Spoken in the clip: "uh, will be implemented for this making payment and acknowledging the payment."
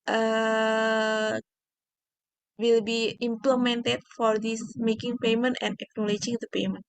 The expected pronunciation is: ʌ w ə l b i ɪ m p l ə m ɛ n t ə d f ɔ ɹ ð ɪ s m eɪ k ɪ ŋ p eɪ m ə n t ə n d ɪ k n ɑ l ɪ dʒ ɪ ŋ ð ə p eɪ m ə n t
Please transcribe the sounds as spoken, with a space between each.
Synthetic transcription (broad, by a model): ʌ w ə l b i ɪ m p l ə m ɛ n t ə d f ɔ ɹ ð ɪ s m eɪ k ɪ ŋ p eɪ m ə n t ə n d ɪ k n ɑ l ɪ dʒ ɪ ŋ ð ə p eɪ m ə n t